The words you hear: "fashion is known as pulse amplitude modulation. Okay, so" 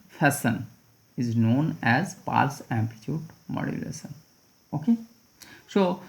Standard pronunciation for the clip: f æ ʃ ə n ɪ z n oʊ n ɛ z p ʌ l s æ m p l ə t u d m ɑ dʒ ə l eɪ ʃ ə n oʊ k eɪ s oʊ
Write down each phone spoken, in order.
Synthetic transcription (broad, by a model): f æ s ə n ɪ z n oʊ n ɛ z p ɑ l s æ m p ə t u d m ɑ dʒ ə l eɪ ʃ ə n oʊ k eɪ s oʊ